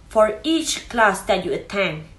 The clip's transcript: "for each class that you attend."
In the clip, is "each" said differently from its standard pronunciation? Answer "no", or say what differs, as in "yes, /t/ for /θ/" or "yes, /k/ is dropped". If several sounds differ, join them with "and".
no